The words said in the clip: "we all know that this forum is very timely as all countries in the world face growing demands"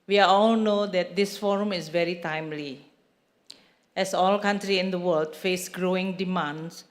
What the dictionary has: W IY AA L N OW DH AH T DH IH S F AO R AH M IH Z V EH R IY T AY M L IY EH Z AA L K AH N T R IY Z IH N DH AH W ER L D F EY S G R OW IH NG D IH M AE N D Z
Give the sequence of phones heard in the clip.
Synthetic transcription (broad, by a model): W IY AA L N OW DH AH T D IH S F AO R AH M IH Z V EH R IY T AY M L IY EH S AA L K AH N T R IY IH N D AH W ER L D F EY S G R OW IH NG D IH M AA N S